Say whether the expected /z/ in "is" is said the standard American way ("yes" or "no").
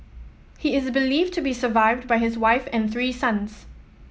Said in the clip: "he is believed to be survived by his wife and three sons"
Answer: yes